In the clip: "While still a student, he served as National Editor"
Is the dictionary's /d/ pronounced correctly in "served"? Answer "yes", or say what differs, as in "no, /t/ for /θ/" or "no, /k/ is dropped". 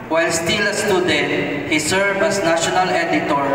no, /d/ is dropped